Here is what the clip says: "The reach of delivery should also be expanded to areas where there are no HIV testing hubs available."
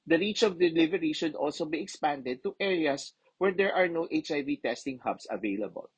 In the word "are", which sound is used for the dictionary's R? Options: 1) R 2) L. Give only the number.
1